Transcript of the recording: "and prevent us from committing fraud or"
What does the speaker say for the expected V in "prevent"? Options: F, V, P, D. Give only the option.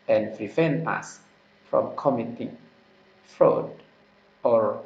F